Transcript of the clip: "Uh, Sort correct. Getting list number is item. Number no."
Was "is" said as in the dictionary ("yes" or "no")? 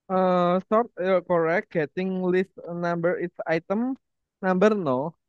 no